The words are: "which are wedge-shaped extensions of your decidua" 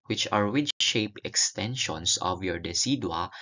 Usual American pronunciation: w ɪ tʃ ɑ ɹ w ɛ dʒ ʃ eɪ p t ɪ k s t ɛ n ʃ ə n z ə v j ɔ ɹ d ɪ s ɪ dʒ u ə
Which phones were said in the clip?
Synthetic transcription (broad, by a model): w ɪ tʃ ɑ ɹ w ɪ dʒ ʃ eɪ p ɪ k s t ɛ n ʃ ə n s ə v j ɔ ɹ d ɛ s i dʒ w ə